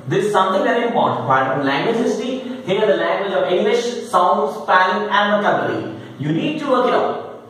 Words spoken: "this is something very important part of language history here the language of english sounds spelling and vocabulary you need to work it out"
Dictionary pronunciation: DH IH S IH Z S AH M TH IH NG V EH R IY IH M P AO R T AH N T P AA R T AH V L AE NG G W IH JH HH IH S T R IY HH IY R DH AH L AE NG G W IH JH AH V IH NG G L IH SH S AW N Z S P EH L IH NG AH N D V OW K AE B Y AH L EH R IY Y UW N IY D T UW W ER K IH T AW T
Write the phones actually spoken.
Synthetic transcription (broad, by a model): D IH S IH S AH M T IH NG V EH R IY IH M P AO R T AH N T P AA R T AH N L AE NG G W IH JH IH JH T IY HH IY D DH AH L AE NG G W IH JH AH V IH NG G L IH SH S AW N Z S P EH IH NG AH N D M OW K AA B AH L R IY Y UW N IY D T UW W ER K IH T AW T